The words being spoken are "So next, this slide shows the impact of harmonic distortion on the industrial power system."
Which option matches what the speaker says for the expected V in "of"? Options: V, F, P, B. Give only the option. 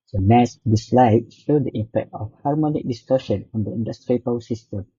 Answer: F